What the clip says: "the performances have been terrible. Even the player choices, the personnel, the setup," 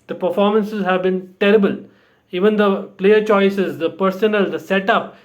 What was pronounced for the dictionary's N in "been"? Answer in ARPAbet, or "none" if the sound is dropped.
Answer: N